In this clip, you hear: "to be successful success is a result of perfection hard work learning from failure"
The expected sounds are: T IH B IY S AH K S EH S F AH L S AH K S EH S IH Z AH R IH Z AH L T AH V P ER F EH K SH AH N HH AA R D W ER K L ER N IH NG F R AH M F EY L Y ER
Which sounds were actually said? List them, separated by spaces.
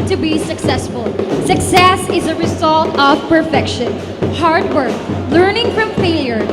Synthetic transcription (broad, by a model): T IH B IY S AH K S EH S F AH L S AH K S EH S IH Z AH R IH Z AH L T AH V P ER F EH K SH AH N HH AA R D W ER K L ER N IH NG F R AH M F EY L Y ER